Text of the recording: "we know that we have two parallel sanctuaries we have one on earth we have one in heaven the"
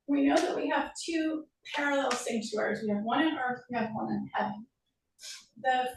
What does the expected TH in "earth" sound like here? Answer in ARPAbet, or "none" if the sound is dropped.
TH